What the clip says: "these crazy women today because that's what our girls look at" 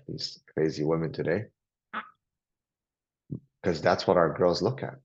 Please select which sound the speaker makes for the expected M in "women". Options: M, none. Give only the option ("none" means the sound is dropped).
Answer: M